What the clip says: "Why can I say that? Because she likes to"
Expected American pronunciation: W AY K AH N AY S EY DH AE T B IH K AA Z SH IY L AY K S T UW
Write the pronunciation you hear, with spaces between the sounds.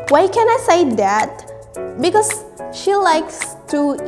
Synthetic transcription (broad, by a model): W AY K AH N AY S EY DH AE T B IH K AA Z SH IY L AY K S T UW